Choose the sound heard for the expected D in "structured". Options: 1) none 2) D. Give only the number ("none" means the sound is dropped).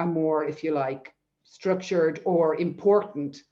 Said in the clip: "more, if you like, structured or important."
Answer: 2